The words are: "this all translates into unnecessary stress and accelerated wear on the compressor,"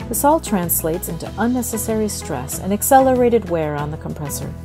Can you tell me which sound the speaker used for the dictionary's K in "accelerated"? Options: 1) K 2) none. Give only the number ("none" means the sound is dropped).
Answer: 1